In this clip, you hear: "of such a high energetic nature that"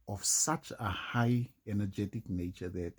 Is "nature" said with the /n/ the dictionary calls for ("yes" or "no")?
yes